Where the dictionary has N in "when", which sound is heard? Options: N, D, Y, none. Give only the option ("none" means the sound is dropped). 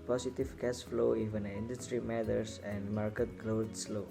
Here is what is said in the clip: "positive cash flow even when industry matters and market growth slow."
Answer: none